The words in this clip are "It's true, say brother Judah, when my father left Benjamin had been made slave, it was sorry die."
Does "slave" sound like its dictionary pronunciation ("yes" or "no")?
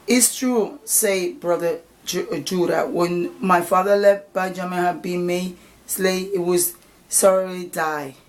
no